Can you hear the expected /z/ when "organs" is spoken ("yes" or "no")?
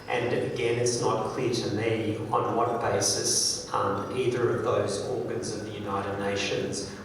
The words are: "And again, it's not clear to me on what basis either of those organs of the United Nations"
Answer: yes